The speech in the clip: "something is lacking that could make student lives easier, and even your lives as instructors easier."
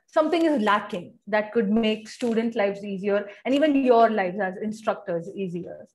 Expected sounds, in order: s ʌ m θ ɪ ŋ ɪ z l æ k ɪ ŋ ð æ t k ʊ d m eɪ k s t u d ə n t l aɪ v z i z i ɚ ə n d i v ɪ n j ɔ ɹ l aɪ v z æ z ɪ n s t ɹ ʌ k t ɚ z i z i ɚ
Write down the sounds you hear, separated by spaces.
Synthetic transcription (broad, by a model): s ʌ m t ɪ ŋ ɪ z l æ k ɪ ŋ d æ t k ʊ d m eɪ k s t u d ə n t l aɪ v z i z i ɚ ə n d i v ɪ n j ɔ ɹ l aɪ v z æ z ɪ n s t ɹ ʌ k t ɚ z i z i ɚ